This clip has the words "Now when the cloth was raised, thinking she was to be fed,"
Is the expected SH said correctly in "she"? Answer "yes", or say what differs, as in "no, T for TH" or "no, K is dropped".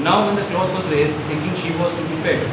yes